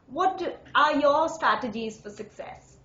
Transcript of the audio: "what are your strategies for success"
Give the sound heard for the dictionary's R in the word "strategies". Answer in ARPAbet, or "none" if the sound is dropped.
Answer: R